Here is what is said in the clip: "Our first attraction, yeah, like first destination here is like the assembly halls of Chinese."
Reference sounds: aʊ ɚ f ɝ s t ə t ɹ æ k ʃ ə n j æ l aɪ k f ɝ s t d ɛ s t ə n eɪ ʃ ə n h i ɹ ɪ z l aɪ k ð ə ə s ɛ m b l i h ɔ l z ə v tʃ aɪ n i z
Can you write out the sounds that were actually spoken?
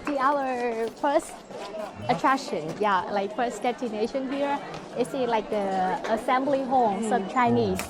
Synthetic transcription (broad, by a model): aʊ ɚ f ɝ s t ə t ɹ æ k ʃ ə n j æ l aɪ k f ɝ s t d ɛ t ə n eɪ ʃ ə n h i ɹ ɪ s l aɪ k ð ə ə s ɛ m b l i h ɔ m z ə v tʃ aɪ n i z